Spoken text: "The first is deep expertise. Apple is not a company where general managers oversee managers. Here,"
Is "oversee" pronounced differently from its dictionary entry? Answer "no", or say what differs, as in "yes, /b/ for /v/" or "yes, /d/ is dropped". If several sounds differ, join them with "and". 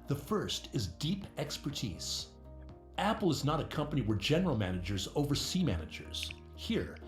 no